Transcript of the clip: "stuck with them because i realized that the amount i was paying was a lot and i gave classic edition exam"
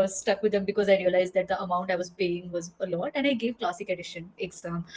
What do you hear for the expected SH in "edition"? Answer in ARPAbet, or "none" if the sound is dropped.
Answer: SH